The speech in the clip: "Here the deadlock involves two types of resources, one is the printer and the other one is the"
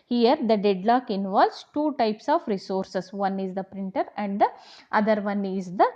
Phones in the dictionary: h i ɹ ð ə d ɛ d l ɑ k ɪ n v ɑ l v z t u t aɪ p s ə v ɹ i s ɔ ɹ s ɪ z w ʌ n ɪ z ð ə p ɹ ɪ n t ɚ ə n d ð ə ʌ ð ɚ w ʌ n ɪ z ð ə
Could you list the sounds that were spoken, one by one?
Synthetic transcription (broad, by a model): h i ɹ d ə d ɛ d l ɑ k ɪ n v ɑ l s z t u t aɪ p s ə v ɹ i s ɔ ɹ s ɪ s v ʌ n ɪ z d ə p ɹ ɪ n t ɚ ə n d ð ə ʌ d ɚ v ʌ n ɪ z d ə